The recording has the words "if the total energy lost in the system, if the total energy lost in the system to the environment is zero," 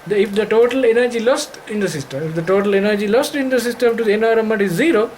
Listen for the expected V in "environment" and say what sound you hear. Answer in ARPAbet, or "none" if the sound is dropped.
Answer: none